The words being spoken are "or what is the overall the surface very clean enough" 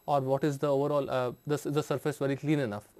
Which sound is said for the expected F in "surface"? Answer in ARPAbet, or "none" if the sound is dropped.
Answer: F